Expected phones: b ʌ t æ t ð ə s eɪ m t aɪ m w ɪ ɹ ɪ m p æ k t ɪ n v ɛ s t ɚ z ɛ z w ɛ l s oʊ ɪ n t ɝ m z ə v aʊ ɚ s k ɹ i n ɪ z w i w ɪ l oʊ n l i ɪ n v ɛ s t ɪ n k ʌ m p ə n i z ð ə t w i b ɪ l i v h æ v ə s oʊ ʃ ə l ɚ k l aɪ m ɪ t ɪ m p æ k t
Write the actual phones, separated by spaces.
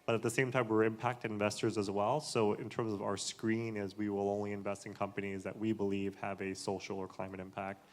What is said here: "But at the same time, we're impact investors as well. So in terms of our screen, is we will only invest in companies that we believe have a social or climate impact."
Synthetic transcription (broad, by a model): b ʌ t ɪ t ð ə s eɪ m t aɪ m w ɪ ɹ ɪ m p æ k t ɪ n v ɛ s t ɚ z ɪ z w ɛ l s oʊ ɪ n t ɝ m z ə v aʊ ɚ s k ɹ i n ɪ z w i w ɪ l oʊ n l i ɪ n v ɛ s t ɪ n k ʌ m p ə n i z ð ə t w i b ɪ l i v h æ v ə s oʊ ʃ l ɚ k l aɪ m ɪ t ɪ m p æ k t